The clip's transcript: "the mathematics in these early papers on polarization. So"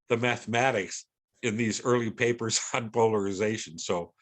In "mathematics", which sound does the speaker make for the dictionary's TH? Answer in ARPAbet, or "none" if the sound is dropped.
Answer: TH